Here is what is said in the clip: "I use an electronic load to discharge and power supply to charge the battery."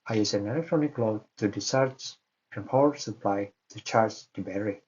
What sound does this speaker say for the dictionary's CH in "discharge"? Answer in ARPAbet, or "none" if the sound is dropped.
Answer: none